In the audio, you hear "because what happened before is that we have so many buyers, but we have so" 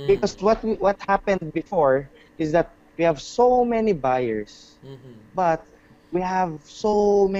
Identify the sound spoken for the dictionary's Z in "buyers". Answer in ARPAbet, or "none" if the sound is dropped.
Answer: S